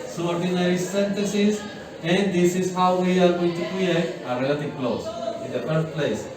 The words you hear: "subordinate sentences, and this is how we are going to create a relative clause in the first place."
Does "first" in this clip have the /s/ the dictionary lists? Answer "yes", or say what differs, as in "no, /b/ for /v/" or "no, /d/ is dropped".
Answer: no, /s/ is dropped